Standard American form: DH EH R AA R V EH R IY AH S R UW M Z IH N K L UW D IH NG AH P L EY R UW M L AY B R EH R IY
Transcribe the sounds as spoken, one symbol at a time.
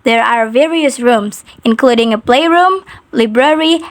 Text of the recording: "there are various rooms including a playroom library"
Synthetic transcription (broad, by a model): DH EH R AA R V EH R IY AH S R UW M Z IH N K L UW D IH NG AH P L EY R UW M L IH B R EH R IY